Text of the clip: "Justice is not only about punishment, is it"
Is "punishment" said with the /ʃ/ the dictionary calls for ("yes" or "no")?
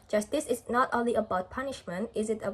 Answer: yes